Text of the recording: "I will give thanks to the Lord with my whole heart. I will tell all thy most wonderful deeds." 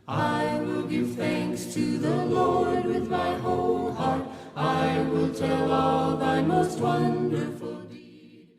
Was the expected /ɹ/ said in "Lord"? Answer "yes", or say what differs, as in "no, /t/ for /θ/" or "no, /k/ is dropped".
yes